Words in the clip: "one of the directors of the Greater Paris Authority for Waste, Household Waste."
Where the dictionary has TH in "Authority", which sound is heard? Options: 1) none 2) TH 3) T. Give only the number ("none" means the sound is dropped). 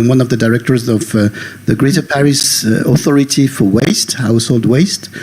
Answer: 2